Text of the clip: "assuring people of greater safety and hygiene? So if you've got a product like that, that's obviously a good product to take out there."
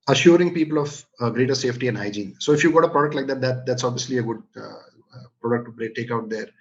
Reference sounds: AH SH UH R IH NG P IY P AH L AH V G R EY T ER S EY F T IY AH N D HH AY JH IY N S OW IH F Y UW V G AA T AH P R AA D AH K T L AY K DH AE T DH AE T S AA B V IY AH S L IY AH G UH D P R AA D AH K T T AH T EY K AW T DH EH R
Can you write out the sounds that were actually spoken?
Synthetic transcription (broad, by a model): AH SH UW R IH NG P IY P AH L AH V G R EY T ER S EY F T IY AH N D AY JH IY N S OW IH F Y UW G AA T AH P R AA D AH K T L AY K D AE T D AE T S AA B V IY AH S L IY AH G UH D P R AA D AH K T T AH T EY K AW T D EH R